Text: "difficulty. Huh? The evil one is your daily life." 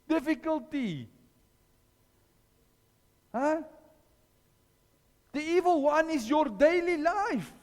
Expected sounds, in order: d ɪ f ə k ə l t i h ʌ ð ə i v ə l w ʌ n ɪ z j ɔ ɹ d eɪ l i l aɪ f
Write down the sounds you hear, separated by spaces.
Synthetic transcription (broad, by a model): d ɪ f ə k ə l t i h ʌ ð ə i v ə l w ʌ n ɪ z j ɔ ɹ d eɪ l i l aɪ f